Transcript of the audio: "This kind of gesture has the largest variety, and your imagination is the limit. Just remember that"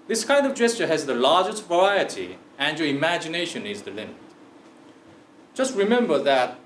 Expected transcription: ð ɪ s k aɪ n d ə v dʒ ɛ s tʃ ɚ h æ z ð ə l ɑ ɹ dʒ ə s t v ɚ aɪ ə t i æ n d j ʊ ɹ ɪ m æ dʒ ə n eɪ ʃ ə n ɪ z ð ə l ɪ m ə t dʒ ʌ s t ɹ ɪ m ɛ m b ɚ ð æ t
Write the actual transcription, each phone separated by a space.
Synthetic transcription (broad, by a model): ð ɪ s k aɪ n d ə v dʒ ɛ s tʃ ɚ h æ z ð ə l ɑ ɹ dʒ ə s t v ɚ aɪ ə t i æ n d j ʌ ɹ ɪ m æ dʒ ə n eɪ ʃ ə n ɪ z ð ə l ɪ m ə t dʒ ʌ s t ɹ ɪ m ɛ m b ɚ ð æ t